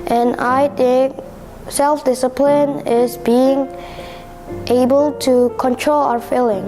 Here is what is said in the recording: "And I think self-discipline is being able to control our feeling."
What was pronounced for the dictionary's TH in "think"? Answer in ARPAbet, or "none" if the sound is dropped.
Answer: T